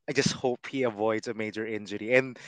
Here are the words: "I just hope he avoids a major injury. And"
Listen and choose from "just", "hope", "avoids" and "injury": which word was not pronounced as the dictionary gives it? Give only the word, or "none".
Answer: none